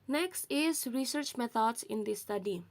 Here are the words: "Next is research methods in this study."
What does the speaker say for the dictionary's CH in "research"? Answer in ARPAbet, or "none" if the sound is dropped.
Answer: CH